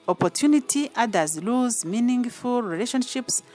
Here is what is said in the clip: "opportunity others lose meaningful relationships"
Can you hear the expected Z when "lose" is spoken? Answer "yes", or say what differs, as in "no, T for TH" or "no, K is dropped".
yes